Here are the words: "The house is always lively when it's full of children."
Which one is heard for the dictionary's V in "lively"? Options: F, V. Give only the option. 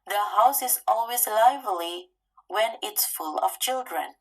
V